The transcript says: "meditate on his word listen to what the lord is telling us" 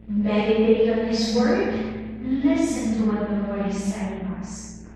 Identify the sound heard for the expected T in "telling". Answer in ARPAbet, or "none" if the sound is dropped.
S